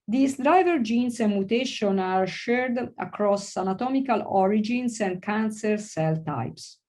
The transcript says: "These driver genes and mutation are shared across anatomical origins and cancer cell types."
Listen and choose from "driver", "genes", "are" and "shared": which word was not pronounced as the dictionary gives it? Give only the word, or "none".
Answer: genes